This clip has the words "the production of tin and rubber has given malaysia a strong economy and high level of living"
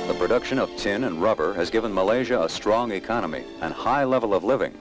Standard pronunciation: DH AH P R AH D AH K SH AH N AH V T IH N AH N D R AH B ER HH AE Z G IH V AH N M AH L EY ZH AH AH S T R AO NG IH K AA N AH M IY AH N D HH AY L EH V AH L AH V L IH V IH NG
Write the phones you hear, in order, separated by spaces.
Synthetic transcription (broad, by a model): DH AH P R AH D AH K SH AH N AH V T IH N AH N R AH B ER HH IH Z G IH V AH N M AH L EY ZH AH AH S T R AO NG IH K AA N AH M IY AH N HH AY L EH V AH L AH V L IH V IH NG